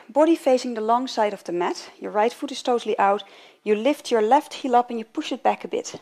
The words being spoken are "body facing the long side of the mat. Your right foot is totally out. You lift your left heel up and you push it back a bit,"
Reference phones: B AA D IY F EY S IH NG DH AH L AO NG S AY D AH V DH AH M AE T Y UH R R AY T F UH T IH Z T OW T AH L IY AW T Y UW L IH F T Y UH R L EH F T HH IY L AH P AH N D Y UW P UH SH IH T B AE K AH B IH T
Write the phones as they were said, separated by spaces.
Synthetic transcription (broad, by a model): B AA D IY F EY S IH NG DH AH L AO NG S AY D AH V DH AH M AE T Y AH R R AY T F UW T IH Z T OW T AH L IY AW T Y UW L IH F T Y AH R L EH F T HH IY L AH P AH N Y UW P UH SH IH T B AE K AH B IH T